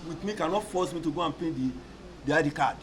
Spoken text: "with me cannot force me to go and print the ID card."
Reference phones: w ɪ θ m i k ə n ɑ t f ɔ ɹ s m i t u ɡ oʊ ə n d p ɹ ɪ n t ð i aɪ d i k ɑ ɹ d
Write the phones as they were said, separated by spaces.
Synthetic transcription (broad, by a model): w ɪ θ m i k ə n ɑ t f ɔ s m i t u ɡ oʊ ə n p ɛ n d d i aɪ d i k ɑ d